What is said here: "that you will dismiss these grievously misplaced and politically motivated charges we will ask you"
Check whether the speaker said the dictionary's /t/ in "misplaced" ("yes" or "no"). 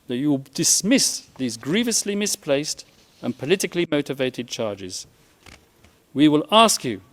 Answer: yes